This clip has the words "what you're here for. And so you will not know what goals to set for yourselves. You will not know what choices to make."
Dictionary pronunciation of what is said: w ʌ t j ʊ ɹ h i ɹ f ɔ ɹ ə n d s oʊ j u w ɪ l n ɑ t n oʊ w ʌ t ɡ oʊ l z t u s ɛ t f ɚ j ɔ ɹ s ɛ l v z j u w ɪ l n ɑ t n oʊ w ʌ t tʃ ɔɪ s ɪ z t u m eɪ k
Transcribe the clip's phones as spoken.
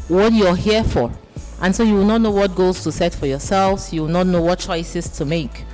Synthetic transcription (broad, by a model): w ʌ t j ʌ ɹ h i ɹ f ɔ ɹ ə n s oʊ j u w ɪ l n ɑ t n oʊ w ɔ t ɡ oʊ z t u s ɛ t f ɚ j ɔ s ɛ l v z j u w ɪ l n ɑ t n oʊ w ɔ t tʃ ɔɪ s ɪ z t u m eɪ k